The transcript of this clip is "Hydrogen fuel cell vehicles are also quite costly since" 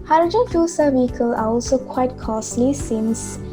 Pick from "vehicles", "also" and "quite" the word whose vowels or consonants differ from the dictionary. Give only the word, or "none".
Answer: vehicles